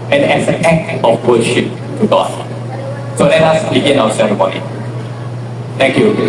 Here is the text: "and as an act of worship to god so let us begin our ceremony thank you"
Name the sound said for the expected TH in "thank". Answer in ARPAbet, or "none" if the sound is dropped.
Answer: T